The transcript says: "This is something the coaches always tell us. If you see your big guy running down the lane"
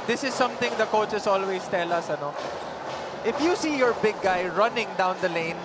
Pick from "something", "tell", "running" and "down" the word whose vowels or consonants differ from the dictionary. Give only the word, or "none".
something